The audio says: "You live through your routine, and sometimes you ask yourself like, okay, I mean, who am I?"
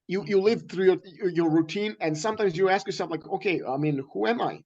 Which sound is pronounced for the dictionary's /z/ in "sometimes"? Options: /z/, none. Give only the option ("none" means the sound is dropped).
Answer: /z/